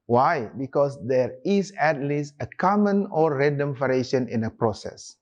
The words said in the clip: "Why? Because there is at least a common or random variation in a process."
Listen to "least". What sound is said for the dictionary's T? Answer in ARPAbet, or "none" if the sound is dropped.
T